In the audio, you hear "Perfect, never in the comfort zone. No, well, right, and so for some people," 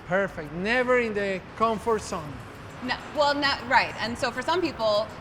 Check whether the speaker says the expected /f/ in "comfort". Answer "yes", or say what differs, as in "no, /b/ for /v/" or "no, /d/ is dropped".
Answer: yes